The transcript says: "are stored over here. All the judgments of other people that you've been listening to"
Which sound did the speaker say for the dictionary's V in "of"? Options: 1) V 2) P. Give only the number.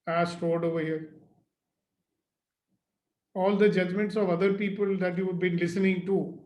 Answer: 1